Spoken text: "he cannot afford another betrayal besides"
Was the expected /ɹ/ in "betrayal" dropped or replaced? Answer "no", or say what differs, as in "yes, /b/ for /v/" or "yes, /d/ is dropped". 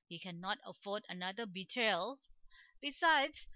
yes, /ɹ/ is dropped